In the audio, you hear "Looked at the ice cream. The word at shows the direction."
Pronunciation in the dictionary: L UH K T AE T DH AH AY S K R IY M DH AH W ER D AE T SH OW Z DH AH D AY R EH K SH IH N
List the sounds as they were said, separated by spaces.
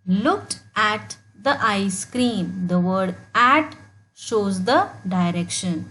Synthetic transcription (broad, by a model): L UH K T AE T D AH AY S K R IY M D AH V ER D AE T SH OW Z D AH D AY R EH K SH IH N